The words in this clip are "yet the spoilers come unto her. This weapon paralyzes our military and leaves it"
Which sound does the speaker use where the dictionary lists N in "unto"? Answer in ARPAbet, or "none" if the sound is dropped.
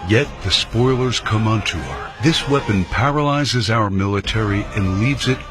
N